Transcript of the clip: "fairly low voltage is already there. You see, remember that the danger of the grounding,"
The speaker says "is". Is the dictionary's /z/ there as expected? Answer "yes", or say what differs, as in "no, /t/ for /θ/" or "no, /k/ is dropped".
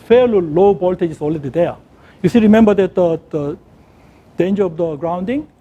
no, /s/ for /z/